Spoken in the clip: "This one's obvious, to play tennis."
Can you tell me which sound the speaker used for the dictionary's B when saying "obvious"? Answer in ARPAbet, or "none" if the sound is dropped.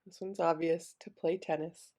B